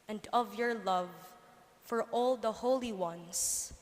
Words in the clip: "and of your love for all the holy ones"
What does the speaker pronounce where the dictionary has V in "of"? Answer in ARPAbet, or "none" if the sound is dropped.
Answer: V